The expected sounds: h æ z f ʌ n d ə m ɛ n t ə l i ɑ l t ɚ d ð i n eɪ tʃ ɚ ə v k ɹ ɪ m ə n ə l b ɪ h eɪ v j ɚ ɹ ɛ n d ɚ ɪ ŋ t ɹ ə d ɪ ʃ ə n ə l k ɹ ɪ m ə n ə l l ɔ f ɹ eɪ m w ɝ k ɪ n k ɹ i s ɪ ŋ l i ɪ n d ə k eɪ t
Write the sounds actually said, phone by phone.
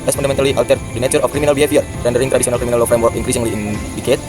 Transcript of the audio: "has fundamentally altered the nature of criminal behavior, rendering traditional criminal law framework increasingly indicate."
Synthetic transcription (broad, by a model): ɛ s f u n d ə m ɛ n t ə l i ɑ w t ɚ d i n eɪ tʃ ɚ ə f k ɹ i m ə n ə l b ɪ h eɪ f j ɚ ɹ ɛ n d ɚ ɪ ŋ t ɹ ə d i s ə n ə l k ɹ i m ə n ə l l ɔ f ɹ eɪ m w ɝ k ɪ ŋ k ɹ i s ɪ ŋ l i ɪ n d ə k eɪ t